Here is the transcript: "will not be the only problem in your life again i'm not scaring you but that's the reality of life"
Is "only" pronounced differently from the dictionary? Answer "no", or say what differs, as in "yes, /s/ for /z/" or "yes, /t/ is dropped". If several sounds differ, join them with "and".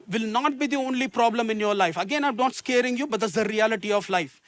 no